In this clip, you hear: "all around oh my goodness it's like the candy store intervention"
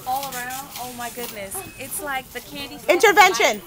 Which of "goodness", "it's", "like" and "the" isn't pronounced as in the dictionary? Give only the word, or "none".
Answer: none